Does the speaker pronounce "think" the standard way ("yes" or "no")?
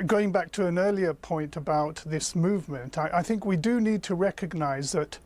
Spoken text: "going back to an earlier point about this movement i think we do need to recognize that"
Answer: yes